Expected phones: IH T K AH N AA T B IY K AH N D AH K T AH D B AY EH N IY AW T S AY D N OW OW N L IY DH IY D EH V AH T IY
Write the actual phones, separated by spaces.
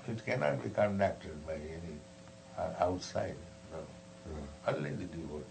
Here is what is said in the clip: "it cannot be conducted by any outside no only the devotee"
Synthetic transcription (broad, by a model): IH T K AH N AA T B IY K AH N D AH K T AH D B AY EH N IY AW T S AY D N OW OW L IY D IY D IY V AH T